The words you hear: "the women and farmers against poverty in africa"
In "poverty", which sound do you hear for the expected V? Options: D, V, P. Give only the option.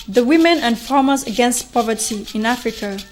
V